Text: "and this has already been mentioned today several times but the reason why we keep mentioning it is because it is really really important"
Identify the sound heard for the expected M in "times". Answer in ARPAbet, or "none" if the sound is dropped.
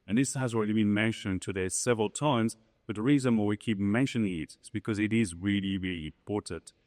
M